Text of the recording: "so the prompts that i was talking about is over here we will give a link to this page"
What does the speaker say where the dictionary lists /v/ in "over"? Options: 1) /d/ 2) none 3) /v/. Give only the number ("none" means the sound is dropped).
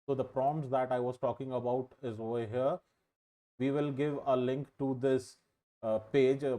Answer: 2